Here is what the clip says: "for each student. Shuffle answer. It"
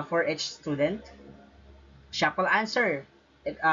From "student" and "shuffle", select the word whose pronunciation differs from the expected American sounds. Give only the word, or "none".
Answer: shuffle